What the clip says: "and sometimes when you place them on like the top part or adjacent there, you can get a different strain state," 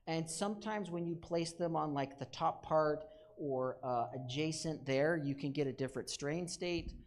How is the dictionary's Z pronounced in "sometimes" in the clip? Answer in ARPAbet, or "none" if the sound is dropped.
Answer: Z